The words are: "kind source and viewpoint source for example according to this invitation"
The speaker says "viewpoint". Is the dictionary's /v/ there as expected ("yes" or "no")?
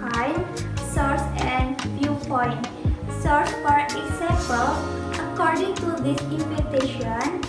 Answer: no